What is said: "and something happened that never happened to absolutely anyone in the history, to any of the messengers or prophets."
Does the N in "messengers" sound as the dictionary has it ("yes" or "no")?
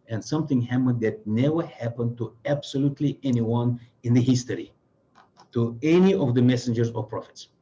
yes